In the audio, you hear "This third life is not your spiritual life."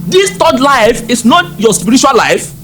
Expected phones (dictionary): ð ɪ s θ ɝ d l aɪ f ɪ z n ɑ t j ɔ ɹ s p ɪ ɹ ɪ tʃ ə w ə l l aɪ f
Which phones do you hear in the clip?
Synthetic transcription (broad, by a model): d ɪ s t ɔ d l aɪ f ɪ s n ɑ t j ɔ s p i ɹ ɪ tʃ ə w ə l l aɪ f